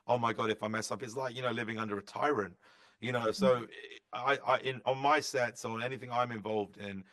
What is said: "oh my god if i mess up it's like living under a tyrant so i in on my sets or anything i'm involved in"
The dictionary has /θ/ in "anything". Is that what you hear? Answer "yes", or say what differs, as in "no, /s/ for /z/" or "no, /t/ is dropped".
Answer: yes